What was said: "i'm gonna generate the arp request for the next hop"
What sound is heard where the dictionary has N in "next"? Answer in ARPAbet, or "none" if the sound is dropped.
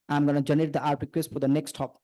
N